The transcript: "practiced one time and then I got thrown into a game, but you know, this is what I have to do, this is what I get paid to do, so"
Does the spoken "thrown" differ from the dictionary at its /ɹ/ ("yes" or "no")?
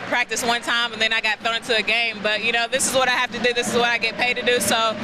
yes